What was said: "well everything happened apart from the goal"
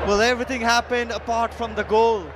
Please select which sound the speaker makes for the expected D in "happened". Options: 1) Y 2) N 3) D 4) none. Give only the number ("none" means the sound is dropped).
3